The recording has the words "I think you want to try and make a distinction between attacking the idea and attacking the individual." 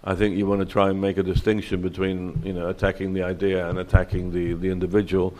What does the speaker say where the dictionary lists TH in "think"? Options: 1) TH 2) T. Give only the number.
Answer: 1